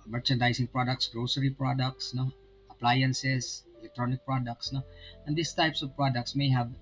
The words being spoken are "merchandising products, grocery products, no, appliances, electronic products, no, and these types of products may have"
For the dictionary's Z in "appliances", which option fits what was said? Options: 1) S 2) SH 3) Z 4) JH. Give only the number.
1